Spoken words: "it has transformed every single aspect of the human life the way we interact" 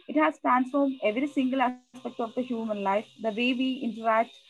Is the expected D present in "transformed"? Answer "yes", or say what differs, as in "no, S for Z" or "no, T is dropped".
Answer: yes